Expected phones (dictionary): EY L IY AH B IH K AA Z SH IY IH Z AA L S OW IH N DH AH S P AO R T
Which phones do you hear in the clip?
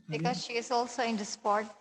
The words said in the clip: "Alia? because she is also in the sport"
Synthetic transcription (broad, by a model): B IH K AA Z SH IY IH Z AA L S OW IH N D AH S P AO R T